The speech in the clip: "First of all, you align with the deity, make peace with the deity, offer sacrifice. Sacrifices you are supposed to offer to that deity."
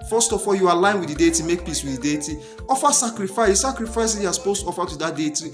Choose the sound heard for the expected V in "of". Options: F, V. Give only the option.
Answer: F